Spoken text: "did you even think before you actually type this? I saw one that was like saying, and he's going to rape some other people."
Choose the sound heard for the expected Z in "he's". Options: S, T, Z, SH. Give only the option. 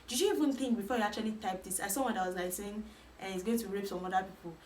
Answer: S